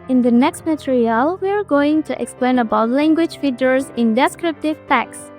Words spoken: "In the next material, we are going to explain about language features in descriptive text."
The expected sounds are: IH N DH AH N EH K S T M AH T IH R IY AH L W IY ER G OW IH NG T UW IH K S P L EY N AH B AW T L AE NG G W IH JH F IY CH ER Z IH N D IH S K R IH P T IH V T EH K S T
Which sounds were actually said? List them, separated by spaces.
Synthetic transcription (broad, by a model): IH N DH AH N EH K S T M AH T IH R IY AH L W IY ER G OW IH NG T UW IH K S P L EY N AH B AW T L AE NG G W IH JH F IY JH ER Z IH N D IH S K R IH P T IH V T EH K S